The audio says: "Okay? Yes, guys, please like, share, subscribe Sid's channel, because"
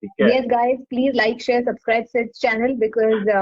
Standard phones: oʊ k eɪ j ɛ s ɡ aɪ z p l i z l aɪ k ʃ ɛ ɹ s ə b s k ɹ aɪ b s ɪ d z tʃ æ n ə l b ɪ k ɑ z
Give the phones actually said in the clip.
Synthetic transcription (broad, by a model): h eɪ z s ɡ aɪ z p l i z l aɪ k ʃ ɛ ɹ s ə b s k ɹ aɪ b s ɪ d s tʃ æ n ə l b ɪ k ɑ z